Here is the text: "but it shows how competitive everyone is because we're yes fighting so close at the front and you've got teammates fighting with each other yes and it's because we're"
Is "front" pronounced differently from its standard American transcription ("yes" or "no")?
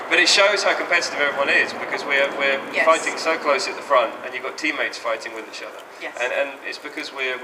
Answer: no